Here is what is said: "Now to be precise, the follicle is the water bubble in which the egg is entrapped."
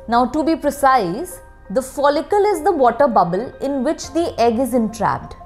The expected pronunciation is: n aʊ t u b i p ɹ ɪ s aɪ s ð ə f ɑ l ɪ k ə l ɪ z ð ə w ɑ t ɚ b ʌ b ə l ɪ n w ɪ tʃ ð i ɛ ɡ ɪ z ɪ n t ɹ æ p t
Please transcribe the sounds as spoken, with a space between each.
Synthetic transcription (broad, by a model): n aʊ t u b i p ɹ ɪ s aɪ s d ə f ɑ l ɪ k ə l ɪ z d ə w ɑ t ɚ b ʌ b ə l ɪ n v ɪ tʃ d i ɛ ɡ ɪ z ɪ n t ɹ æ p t